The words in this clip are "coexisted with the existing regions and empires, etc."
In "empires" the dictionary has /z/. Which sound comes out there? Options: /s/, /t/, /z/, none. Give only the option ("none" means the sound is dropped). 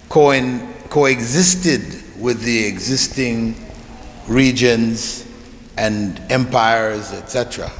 /z/